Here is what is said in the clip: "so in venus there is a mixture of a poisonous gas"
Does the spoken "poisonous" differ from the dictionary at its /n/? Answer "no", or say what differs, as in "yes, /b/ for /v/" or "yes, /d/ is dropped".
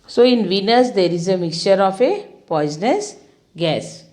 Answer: no